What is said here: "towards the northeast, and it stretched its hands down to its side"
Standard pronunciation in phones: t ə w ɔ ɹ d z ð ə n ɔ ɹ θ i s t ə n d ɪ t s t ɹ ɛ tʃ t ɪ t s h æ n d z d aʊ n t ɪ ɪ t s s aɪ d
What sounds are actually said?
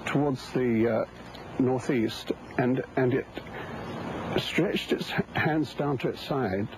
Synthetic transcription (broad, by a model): t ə w ɔ ɹ d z ð ə n ɔ ɹ θ i s t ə n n ɪ t s t ɹ ɛ tʃ t ɪ t s h æ n d z d aʊ n t ɪ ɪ t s s aɪ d